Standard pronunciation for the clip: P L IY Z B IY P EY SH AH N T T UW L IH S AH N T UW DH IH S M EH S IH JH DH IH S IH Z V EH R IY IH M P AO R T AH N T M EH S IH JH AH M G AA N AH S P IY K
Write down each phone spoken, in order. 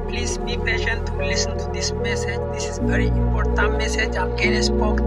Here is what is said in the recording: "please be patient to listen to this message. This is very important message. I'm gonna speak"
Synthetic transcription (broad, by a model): P L IY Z B IY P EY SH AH N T T UW L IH S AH N T UW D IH S M EH S IH JH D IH S IH Z V EH R IY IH M P AO R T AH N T M EH S IH JH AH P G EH L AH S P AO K